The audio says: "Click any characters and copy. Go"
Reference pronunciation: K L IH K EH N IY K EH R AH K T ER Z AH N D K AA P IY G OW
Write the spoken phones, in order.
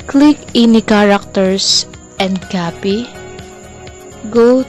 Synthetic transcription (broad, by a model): K L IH K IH N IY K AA R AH K T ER S AH N D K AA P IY G OW